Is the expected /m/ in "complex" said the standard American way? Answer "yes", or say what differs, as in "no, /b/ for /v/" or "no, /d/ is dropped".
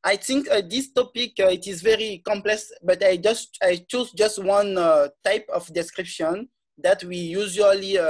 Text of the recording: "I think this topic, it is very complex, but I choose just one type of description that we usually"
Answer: yes